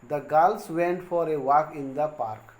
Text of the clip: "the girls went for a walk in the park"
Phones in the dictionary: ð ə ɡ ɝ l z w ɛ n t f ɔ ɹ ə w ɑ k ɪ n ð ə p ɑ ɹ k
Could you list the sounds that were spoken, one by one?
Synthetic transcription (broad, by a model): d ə ɡ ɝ l s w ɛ n t f ɔ ɹ ə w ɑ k ɪ n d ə p ɑ ɹ k